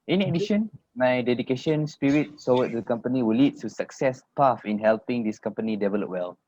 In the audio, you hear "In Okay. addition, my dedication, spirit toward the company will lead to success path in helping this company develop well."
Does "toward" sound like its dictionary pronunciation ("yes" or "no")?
no